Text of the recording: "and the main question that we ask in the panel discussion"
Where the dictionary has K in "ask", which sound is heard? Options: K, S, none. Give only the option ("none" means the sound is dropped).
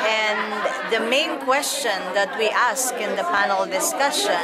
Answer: K